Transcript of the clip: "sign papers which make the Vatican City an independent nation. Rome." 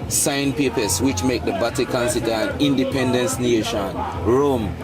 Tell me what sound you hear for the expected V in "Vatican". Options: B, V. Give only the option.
B